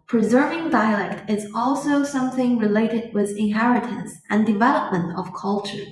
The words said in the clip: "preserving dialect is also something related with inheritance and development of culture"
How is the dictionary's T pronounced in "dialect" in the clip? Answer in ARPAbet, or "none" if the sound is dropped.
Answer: T